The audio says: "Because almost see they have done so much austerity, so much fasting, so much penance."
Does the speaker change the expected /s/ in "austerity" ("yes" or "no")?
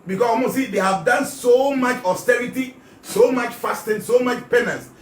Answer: no